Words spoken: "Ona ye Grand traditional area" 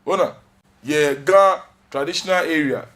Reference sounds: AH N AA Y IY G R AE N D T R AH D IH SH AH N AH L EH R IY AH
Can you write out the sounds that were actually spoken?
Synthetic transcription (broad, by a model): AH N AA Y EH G AA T R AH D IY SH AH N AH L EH R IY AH